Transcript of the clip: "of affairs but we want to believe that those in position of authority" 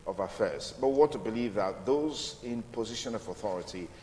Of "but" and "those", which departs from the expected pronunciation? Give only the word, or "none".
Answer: none